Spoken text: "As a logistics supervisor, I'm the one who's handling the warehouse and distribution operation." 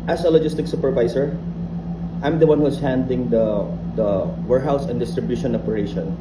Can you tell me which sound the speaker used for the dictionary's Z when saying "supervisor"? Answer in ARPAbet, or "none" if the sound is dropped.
S